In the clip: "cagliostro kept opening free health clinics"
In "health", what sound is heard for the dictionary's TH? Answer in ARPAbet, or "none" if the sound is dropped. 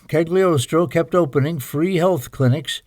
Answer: TH